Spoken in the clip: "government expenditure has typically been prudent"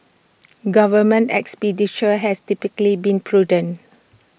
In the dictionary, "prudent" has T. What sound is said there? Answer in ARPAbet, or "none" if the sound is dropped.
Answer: none